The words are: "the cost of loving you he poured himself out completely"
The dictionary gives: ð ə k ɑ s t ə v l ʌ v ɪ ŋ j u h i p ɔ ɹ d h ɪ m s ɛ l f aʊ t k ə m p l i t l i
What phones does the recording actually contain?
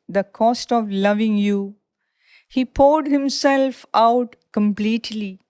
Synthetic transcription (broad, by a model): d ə k ɑ s t ə v l ʌ v ɪ ŋ j u h i p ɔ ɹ d h ɪ m s ɛ l f aʊ t k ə m p l i t l i